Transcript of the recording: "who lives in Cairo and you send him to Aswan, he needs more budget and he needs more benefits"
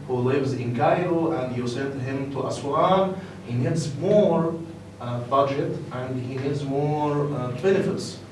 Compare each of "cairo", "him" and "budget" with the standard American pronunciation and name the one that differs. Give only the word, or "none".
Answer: cairo